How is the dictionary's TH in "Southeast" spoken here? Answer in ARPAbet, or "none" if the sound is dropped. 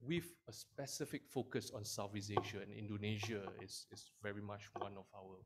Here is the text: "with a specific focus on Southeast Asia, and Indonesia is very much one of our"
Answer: F